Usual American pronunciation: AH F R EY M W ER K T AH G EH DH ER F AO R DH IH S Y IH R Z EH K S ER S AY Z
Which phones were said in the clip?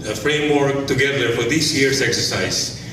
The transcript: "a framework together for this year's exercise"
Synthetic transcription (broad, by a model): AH F R EY M W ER K T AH G EH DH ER F AO R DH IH S Y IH R S EH K S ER S AY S